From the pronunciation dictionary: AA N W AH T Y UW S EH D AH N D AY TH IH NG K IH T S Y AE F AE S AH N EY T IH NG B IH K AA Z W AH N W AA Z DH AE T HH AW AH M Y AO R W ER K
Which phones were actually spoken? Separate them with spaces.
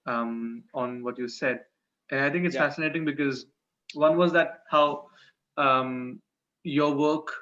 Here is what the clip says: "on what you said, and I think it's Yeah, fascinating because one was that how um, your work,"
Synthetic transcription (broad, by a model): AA N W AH T Y UW S EH D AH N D AY T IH NG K IH T S F AE S AH N EY T IH NG B IH K AA Z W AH N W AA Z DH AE T HH AW AH M Y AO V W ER K